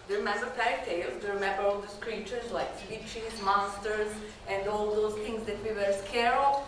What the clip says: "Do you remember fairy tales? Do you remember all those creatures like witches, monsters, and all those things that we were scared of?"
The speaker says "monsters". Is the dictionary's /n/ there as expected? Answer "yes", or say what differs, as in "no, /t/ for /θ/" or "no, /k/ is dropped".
no, /n/ is dropped